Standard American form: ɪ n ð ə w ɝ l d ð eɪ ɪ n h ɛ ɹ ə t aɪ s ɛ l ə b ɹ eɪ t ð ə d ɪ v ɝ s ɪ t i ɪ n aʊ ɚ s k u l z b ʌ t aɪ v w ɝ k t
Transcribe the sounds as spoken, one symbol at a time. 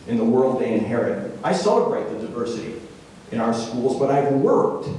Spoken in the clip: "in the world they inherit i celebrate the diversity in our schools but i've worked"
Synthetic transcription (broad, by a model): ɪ n ð ə w ɝ l d ð eɪ ɪ n h ɛ ɹ ə t aɪ s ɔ ə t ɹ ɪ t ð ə d ɪ v ɝ s ɪ t i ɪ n aʊ ɚ s k u l z b ʌ t aɪ v w ɝ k t